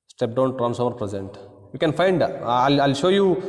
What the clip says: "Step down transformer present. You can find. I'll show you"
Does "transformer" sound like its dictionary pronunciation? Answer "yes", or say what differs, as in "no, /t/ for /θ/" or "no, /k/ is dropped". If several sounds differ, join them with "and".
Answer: no, /f/ is dropped